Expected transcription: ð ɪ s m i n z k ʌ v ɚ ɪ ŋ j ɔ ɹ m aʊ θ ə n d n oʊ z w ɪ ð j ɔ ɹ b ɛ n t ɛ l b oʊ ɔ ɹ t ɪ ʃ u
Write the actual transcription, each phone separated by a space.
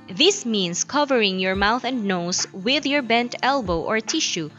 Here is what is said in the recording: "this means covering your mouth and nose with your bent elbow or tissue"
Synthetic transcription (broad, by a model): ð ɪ s m i n s k ʌ v ɚ ɪ ŋ j ɔ ɹ m aʊ θ ə n d n oʊ s w ɪ ð j ɔ ɹ b ɛ n t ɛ l b oʊ ɔ ɹ t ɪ ʃ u